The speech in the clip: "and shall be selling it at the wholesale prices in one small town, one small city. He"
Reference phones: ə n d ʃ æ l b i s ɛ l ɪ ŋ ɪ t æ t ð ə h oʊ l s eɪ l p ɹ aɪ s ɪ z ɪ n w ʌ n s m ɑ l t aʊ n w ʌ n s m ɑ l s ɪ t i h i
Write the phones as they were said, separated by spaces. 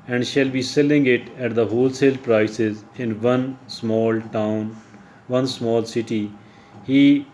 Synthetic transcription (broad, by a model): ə n d ʃ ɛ l b i s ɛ l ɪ ŋ ɪ t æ t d ə h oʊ l s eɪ l p ɹ aɪ s ɪ z ɪ n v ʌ n s m ɑ l t aʊ n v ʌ n s m ɑ l s ɪ t i h i